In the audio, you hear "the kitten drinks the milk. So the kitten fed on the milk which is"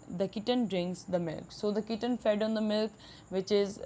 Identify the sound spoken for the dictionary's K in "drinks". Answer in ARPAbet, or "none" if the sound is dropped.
K